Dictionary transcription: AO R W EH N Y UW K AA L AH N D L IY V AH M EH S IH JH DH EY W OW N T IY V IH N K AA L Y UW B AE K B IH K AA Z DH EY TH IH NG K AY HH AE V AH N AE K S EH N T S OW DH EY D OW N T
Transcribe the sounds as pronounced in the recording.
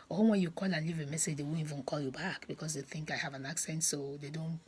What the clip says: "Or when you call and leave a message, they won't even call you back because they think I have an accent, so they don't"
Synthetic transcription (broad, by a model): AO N W EH N Y UW K AA L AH N L IY V AH M EH S IH JH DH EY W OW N IY V IH N K AA L Y UW B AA K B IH K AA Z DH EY TH IH NG K AY HH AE V AH N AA K S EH N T S OW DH EY D OW N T